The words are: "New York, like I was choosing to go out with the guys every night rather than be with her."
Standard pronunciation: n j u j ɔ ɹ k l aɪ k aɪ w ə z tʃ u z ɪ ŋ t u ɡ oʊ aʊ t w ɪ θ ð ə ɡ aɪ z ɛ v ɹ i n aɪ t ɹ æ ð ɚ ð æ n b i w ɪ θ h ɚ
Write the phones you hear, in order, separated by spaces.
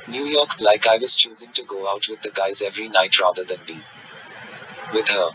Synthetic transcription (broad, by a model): n j u j ɔ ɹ k l aɪ k aɪ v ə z tʃ u z ɪ ŋ t u ɡ oʊ aʊ t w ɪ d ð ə ɡ aɪ z ɛ v ɹ i n aɪ t ɹ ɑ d ɚ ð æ n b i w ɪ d h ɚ